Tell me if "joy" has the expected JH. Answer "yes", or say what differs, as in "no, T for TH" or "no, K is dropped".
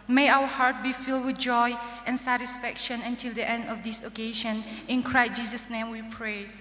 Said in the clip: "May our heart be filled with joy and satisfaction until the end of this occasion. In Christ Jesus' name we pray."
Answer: yes